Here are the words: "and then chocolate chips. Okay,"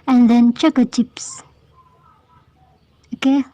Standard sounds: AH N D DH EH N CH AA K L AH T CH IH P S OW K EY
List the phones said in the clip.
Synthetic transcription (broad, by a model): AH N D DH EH N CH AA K AH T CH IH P S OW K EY